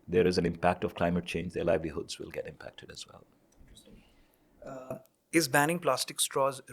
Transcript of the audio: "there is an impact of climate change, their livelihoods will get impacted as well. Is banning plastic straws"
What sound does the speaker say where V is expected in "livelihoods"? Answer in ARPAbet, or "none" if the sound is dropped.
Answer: V